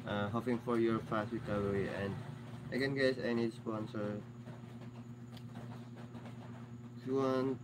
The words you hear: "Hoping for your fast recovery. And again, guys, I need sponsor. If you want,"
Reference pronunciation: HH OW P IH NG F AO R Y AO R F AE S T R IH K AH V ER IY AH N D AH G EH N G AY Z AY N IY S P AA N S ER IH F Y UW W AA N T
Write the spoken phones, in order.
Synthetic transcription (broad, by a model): HH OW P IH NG F AO R Y AO R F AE S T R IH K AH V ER IY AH N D AH G EH N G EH S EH N IY S P AA N S ER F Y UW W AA N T